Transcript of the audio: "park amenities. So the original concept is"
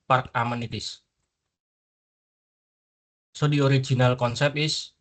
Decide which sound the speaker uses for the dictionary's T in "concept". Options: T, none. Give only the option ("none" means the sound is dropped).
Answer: none